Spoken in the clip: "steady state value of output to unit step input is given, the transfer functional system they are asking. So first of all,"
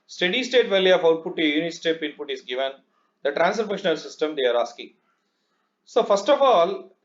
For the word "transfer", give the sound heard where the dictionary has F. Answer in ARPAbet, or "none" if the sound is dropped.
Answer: none